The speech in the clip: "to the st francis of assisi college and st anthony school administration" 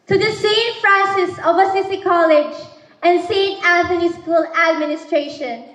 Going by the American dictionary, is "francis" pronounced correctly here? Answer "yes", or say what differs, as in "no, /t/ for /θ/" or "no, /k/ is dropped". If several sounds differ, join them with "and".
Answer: no, /n/ is dropped